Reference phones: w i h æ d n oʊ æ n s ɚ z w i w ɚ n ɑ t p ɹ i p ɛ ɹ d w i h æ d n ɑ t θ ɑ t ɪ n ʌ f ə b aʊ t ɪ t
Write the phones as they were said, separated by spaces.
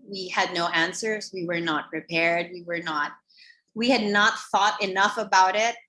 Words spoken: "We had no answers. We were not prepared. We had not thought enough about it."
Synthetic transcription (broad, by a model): w i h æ d n oʊ æ n s ɚ z w i w ɚ n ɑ t p ɹ i p ɛ ɹ d w i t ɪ d n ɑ t θ ɑ t ɪ n ʌ f ə b aʊ t ɪ t